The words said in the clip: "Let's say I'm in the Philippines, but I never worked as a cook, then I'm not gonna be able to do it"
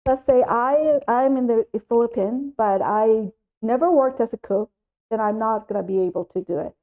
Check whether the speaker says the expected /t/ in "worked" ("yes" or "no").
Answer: yes